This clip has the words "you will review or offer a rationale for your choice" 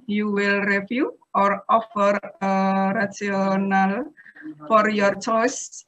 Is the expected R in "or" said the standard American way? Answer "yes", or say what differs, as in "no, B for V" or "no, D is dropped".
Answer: yes